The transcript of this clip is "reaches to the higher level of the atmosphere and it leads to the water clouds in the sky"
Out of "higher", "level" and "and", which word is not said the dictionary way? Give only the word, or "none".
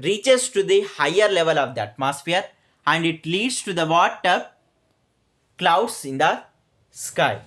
none